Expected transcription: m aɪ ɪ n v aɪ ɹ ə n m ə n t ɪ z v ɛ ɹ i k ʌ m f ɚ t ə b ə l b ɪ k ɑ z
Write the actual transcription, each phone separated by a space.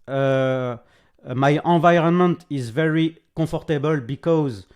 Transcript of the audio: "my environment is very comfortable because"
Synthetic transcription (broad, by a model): m aɪ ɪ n v aɪ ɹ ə n m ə n t ɪ z v ɛ ɹ i k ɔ f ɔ t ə b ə l b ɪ k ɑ z